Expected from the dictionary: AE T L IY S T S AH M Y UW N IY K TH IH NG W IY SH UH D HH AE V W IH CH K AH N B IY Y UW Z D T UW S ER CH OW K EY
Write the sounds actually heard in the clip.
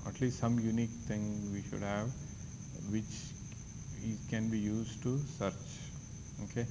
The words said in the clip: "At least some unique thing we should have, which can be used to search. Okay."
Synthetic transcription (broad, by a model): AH T L IY S T S AH M Y UW N IY K T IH NG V IY SH UH D HH AE V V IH CH K AH N B IY Y UW Z D T UW S ER CH OW K EY